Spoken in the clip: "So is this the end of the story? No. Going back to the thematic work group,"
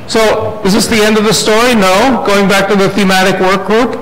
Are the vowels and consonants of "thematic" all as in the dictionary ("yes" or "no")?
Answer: yes